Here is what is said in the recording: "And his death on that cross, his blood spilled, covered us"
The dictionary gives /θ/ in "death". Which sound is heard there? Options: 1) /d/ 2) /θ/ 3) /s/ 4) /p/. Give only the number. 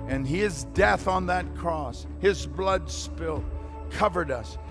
2